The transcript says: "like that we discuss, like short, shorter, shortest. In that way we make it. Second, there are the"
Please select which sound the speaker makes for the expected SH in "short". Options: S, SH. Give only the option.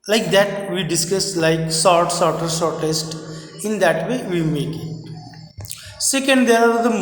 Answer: S